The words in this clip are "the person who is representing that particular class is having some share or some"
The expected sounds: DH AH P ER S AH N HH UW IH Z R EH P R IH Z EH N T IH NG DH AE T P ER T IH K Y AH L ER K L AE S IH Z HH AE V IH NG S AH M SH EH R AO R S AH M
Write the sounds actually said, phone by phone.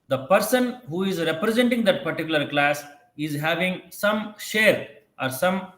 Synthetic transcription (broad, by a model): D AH P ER S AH N HH UW IH Z R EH P R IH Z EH N T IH NG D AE T P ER T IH K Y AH L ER K L AE S IH Z HH AE V IH NG S AH M SH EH R AO R S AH M